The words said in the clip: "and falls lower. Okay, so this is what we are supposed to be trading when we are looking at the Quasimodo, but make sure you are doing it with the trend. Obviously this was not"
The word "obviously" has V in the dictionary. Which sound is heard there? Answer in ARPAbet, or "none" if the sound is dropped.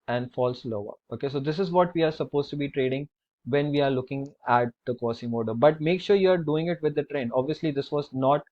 V